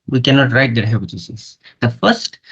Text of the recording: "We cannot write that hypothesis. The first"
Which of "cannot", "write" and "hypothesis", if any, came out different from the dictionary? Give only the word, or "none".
hypothesis